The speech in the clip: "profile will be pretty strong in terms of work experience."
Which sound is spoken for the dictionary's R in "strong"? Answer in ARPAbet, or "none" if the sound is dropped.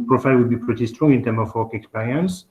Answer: R